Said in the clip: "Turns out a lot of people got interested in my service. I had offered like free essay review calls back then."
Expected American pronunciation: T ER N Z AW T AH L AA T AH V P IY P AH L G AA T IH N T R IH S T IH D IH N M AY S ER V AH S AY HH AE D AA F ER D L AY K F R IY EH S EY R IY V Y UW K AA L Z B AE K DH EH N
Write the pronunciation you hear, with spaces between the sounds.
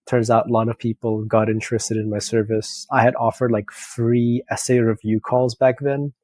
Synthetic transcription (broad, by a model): T ER N Z AW T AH L AA T AH V P IY P L G AA T IH N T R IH S T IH D IH N M AY S ER V AH S AY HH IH D AA F ER D L AY K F R IY EH S EY R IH V Y UW K AA L Z B AE K DH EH N